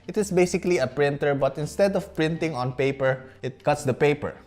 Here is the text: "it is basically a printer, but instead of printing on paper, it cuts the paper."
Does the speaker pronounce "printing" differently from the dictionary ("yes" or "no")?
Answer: no